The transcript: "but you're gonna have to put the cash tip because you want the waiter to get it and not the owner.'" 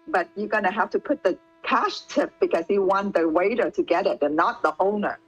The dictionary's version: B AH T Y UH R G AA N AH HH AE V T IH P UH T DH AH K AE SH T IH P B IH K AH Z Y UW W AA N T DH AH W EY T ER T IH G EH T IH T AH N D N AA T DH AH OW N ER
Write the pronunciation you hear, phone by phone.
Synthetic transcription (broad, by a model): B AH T Y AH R G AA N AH HH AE F T IH P UH T DH AH K AE SH T IH P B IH K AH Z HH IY W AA N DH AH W EY T ER T IH G EH T IH T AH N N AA T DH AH OW N ER